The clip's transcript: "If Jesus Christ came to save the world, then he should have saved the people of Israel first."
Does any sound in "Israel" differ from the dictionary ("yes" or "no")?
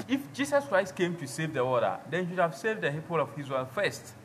yes